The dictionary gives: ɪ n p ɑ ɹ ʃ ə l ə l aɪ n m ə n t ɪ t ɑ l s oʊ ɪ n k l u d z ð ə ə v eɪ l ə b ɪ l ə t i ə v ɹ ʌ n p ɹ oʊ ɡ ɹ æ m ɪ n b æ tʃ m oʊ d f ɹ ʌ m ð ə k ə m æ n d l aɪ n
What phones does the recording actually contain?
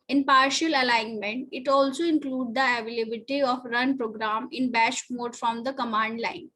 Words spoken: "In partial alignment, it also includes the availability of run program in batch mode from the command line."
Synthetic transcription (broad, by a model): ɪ n p ɑ ɹ ʃ ə l ə l aɪ n m ə n t ɪ t ɑ l s oʊ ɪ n k l u d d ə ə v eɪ l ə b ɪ t i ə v ɹ ʌ n p ɹ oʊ ɡ ɹ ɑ m ɪ n b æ ʃ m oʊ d f ɹ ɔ m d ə k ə m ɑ n d l aɪ n